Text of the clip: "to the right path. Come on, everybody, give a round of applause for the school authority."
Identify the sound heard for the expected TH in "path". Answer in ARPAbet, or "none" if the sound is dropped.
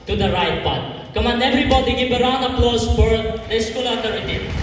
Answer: T